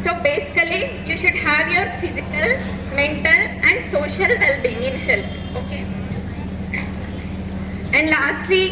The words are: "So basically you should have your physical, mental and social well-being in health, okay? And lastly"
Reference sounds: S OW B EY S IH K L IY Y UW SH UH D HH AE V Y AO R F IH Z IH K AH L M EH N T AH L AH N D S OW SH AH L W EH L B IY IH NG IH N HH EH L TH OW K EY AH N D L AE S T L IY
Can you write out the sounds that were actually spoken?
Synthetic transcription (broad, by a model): S OW B EY S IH K L IY Y UW SH UH D HH AE V Y AO R F IH Z IH K AH L M EH N T AH L AH N D S OW SH AH L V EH L B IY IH NG IH N HH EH L T OW K EY AH N D L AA S T L IY